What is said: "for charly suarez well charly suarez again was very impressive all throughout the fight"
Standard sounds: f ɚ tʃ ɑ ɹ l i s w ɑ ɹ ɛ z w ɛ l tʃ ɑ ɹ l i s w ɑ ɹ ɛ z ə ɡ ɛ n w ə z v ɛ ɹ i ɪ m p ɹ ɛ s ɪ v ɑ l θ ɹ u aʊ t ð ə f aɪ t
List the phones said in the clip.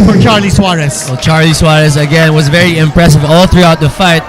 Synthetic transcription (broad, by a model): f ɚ tʃ ɑ ɹ l i s w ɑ ɹ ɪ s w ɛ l tʃ ɑ ɹ l i s w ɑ ɹ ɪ s ə ɡ ɛ n w ə z v ɛ ɹ i ɪ m p ɹ ɛ s ɪ v ɑ l θ ɹ u aʊ t ð ə f aɪ t